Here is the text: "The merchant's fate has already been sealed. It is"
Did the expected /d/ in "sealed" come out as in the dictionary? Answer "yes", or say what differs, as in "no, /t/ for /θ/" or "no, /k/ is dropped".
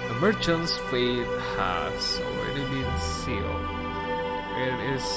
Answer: no, /d/ is dropped